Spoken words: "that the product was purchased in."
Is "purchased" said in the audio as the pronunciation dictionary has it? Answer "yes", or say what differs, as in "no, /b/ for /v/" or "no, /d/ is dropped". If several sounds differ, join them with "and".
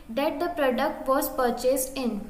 yes